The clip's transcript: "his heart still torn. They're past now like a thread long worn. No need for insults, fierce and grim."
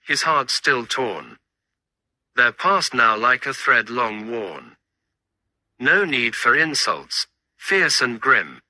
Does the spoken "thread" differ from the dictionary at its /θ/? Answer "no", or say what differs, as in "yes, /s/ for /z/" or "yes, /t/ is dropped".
no